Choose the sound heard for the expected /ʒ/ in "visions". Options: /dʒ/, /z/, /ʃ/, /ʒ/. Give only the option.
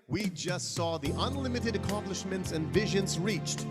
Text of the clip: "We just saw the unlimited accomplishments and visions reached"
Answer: /ʒ/